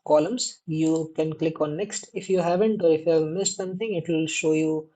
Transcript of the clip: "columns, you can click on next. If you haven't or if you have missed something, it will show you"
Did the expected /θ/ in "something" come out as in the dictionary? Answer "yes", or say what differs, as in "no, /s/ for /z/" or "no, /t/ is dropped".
no, /t/ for /θ/